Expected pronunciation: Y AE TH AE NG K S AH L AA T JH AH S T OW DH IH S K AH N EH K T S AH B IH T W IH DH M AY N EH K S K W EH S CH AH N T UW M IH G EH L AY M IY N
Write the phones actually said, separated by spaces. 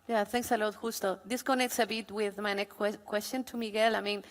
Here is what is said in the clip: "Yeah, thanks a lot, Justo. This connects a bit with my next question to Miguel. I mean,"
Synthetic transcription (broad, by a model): Y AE TH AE NG K S AH L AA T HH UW S T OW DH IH S K AH N EH K T S AH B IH T W IH DH M AY N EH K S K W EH S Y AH N T UW M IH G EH L AY M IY N